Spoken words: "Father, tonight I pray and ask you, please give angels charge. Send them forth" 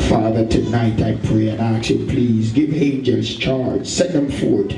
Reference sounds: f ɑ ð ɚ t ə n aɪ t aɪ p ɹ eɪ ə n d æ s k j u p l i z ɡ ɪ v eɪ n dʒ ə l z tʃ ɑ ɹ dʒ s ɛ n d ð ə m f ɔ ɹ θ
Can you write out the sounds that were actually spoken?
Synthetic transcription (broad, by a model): f ɑ ð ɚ t ə n aɪ t aɪ p ɹ eɪ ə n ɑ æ k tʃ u p l i z ɡ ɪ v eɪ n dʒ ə z tʃ ɑ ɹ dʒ s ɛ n ð ə m f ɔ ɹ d